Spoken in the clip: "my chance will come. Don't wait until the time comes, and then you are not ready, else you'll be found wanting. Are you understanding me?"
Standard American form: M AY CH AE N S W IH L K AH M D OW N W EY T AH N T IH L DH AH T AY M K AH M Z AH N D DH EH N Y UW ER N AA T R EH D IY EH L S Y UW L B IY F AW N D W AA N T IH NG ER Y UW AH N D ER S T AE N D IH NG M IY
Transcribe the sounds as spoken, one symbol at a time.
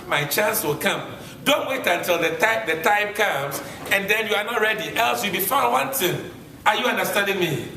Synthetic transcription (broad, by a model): M AY CH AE N S W IH L K AH M D OW N W EY T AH N T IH L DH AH T AY M K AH M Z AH N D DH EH N Y UW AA N AA T R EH D IY EH L S Y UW B IY F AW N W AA N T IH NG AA Y UW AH N D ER S T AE N D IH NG M IY